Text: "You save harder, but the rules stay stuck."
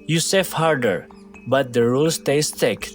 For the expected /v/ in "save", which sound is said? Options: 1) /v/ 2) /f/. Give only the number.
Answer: 2